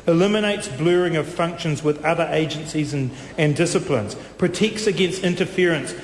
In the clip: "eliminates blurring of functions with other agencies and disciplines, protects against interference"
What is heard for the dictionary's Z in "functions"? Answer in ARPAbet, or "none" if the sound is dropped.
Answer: Z